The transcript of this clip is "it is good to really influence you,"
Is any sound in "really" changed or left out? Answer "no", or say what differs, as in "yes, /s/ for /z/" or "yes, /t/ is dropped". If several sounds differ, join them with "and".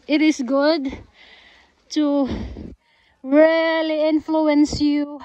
no